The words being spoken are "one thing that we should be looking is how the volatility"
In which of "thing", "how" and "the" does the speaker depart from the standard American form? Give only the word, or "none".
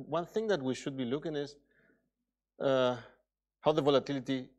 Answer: none